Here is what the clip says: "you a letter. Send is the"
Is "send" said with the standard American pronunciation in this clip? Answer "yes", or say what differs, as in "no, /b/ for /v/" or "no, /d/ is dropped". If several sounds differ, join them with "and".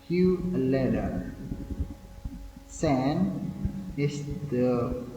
no, /d/ is dropped